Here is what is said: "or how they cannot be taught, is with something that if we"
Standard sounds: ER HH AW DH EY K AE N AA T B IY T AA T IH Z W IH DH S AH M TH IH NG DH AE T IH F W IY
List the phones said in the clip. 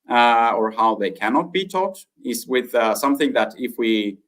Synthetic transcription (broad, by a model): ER HH AW DH EY K AE N AA T B IY T AA T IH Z W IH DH S AH M TH IH NG DH AE T IH F W IY